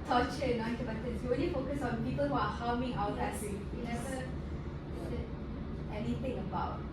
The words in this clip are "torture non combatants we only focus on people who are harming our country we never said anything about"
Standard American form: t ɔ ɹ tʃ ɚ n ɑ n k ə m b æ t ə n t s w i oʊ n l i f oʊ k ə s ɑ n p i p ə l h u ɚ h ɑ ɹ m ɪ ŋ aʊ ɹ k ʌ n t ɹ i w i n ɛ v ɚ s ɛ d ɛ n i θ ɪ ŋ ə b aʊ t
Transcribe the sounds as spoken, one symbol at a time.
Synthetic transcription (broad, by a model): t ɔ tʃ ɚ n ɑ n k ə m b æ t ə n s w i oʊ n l i f oʊ k ə s ɑ n p i p ə l h u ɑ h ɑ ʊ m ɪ ŋ aʊ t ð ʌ t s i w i n ɛ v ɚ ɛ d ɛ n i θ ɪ ŋ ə b aʊ t